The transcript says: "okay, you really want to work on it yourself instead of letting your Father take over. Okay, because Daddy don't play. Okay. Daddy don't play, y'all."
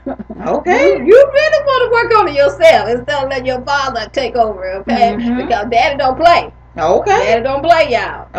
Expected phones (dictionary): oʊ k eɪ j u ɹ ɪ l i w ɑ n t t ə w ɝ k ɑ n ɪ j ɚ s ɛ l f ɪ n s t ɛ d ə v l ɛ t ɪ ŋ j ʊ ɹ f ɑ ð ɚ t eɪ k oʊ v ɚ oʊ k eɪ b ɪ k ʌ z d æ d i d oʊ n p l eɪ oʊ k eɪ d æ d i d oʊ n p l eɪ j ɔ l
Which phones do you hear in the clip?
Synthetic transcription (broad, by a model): oʊ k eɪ j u ɹ ɪ l i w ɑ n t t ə w ɝ k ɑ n ɪ j ɚ s ɛ l f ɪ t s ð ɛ ə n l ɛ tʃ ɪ ɹ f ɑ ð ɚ t eɪ k oʊ v ɚ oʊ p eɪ b ɪ k ʌ z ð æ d d oʊ n p l eɪ oʊ k eɪ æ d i d oʊ n p l eɪ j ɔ